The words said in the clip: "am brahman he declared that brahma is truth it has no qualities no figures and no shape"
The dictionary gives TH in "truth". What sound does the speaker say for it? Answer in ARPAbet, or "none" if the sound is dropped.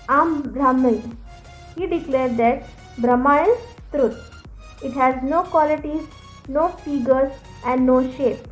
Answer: T